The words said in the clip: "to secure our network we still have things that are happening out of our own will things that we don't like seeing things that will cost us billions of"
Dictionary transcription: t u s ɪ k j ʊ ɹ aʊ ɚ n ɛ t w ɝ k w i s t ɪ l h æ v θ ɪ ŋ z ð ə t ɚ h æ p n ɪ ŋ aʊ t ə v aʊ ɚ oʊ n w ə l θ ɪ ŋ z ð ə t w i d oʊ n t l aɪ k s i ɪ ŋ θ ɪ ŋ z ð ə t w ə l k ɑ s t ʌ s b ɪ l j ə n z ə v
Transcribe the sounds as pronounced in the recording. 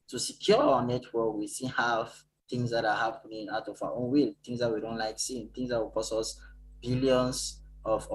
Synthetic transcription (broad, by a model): t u s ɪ k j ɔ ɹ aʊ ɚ n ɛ t w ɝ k w i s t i n h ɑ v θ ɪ ŋ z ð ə t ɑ h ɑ p n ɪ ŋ aʊ t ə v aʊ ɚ oʊ n w ə l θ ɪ ŋ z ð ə t w i d oʊ n t l aɪ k s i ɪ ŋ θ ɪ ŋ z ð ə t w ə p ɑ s ʌ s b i l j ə n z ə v